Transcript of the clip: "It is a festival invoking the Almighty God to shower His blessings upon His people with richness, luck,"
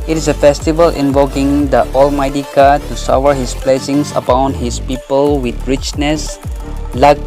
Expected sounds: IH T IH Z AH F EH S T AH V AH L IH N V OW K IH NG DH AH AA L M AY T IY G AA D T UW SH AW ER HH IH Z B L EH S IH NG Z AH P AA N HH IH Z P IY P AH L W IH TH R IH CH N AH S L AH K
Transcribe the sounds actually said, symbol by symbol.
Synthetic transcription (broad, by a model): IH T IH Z AH F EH S T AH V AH L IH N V OW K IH NG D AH AA L M AY T IY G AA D T UW S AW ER HH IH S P L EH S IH NG S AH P AA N HH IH S P IY P AH L W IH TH R IH CH N AH S L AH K